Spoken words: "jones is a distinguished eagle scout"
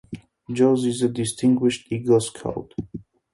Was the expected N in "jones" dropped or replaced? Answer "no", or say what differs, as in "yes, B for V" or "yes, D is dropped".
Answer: yes, N is dropped